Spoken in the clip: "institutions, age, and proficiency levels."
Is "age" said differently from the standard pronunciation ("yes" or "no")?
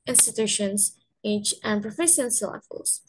yes